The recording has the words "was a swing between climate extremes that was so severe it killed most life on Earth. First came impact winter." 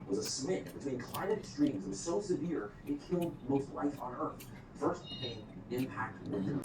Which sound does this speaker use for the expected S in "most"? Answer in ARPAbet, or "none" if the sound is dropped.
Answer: TH